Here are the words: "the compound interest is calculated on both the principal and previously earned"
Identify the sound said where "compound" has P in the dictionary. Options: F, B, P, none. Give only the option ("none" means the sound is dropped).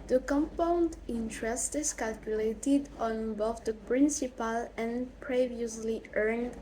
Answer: P